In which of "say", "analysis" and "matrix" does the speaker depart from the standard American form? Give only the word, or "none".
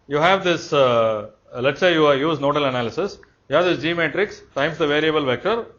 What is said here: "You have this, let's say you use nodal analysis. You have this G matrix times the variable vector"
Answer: none